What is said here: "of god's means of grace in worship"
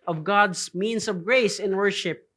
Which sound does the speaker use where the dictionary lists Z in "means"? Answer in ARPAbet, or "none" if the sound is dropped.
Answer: S